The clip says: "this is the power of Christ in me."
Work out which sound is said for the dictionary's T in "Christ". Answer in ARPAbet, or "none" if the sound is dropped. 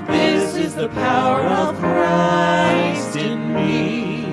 none